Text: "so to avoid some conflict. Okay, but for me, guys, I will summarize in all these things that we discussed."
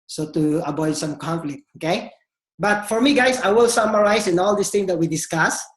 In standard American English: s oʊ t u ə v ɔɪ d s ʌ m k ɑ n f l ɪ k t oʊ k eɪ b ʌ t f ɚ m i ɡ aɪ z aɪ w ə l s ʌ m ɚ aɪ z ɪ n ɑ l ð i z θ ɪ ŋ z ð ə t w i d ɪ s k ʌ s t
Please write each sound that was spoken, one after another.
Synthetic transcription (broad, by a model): s oʊ t u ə b ɔɪ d s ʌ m k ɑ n f l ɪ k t oʊ k eɪ b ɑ t f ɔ m i ɡ aɪ s aɪ w ə l s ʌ m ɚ aɪ s ɪ n ɑ l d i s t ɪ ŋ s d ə t w i d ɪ s k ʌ s